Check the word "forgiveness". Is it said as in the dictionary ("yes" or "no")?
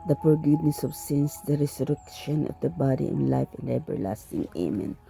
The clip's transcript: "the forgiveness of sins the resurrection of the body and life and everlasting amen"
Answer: no